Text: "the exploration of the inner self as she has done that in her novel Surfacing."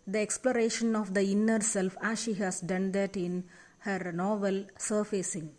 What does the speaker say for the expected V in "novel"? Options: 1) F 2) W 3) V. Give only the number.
3